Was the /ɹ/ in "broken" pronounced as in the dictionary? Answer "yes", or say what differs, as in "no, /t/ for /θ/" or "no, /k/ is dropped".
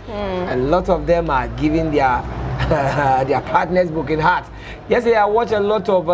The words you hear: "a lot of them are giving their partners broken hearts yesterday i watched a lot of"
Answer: no, /ɹ/ is dropped